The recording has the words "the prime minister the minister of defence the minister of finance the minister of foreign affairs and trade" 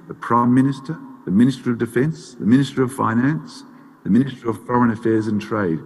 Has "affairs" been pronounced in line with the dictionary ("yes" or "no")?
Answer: yes